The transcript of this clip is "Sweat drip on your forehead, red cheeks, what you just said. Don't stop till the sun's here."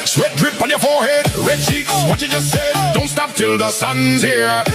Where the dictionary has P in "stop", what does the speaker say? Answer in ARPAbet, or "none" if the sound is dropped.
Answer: P